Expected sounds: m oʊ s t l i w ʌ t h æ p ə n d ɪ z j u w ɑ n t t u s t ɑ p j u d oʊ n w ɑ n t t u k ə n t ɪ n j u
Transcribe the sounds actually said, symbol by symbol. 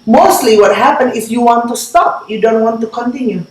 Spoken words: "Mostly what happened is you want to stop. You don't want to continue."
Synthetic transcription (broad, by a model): m oʊ s t l i w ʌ t h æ p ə n ɪ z j u w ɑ n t t u s t ɑ p j u d oʊ n w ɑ n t t u k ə n t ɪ n j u